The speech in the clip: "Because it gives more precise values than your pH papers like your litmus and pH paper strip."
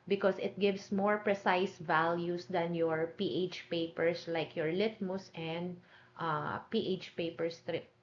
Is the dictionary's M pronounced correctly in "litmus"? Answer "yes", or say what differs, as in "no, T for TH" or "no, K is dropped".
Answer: yes